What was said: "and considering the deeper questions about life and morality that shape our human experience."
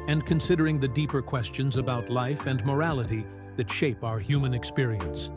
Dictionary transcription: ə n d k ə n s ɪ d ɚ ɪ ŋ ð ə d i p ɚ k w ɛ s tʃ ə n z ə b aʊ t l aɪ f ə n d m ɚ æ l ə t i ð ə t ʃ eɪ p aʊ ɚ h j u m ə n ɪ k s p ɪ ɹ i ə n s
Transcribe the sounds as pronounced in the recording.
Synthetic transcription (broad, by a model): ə n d k ə n s ɪ d ɚ ɪ ŋ ð ə d i p ɚ k w ɛ s tʃ ə n z ə b aʊ t l aɪ f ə n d m ɚ æ l ə t i ð ə t ʃ eɪ p aʊ ɚ h j u m ə n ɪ k s p ɪ ɹ i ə n s